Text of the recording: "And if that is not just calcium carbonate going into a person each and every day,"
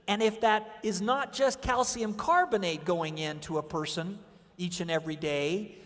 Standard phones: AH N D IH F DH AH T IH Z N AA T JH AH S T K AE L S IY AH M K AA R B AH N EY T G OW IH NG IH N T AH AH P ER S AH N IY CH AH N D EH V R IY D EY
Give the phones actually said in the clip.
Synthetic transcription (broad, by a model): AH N IH F DH AH T IH Z N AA T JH AH S K AE L S IY AH M K AA R B AH N EY T G OW IH NG IH N T AH AH P ER S AH N IY CH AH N EH V R IY D EY